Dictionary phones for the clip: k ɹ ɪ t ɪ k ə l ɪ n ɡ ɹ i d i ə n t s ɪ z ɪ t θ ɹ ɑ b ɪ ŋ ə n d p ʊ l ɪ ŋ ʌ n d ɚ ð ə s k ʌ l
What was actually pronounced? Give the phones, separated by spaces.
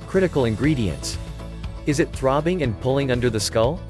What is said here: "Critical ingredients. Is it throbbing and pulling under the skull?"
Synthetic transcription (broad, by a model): k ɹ ɪ t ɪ k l ɪ n ɡ ɹ i d i ə n t s ɪ z ɪ t θ ɹ ɑ b ɪ ŋ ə n p ʊ l ɪ ŋ ʌ n d ɚ ð ə s k ʌ l